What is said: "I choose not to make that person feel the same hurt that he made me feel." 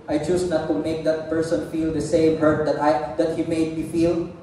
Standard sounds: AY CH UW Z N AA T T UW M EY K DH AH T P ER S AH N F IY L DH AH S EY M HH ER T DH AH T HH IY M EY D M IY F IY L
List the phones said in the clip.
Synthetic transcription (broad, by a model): AY CH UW S N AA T T UW M EY K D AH T P ER S AH N F IY L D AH S EY M HH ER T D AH T HH IY M EY D M IY F IY L